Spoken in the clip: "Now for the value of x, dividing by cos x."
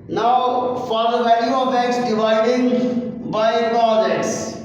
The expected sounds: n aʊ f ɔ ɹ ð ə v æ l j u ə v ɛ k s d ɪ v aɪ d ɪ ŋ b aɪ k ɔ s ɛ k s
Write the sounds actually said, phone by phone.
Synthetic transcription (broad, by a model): n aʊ f ɔ ɹ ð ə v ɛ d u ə b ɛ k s d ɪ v aɪ d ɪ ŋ b aɪ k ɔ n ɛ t s